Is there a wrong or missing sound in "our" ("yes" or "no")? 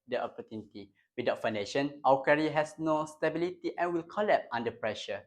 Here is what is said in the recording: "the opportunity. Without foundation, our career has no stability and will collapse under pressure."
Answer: yes